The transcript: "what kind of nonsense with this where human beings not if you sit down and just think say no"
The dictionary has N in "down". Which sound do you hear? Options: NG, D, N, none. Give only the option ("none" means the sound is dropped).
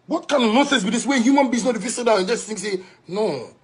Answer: none